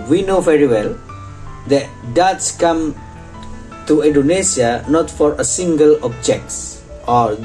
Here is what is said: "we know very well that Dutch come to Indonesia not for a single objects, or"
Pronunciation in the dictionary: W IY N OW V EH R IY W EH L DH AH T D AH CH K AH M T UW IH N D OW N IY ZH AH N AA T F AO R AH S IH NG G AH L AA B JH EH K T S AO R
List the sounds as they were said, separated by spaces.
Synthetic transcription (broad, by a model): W IY N OW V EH R IY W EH L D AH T D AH S K AH M T UW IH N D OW N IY S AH N AA T F AO R AH S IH NG G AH L AA B JH EH K T S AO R